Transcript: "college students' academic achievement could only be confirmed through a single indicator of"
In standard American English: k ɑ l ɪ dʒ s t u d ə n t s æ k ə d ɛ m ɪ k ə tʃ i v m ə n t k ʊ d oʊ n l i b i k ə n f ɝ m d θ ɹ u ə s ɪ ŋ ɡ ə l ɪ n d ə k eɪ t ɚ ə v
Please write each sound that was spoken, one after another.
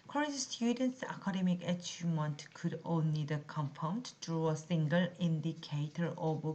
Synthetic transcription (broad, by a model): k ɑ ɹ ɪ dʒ s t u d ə n t s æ k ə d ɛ m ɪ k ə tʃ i m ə n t k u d oʊ n l i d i k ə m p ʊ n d t ɹ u ə s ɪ ŋ ɡ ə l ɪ n d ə k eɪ t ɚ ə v